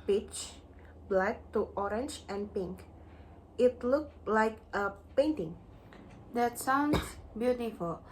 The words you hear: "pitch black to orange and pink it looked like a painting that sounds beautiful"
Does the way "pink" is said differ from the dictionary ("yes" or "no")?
no